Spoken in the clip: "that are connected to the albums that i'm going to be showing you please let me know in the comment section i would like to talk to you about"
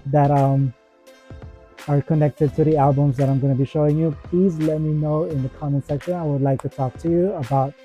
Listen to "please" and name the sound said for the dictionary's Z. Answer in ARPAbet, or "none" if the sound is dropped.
Z